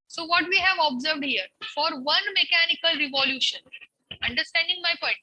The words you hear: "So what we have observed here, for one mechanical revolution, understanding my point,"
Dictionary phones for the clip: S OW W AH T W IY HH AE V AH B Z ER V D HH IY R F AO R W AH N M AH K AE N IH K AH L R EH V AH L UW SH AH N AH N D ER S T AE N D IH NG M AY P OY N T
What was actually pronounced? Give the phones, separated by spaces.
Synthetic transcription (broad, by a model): S OW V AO T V IY HH AE V AH B Z ER V D HH IY R F AO R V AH N M AH K AE N IH K AH L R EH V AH L UW SH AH N AH N D ER S T AE N D IH NG M AY P OY N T